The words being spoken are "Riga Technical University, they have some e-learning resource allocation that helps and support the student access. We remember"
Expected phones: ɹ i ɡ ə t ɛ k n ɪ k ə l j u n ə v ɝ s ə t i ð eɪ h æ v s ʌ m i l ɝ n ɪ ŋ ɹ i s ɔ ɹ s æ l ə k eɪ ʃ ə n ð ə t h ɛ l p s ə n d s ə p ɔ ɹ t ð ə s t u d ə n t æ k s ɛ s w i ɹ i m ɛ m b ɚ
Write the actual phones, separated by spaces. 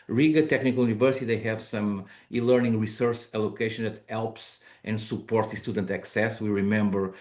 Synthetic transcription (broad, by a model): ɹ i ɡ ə t ɛ k n ɪ k ə l j u n ə v ɝ s ə t i ð eɪ h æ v s ʌ m i l ɝ n ɪ ŋ ɹ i s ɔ ɹ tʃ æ l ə k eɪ ʃ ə n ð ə t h ɛ l p s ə n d s ə p ɔ ɹ t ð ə s t u d ə n t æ k s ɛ s w i ɹ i m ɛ m b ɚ